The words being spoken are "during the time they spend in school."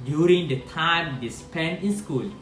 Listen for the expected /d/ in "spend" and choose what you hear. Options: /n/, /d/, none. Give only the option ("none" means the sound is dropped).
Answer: none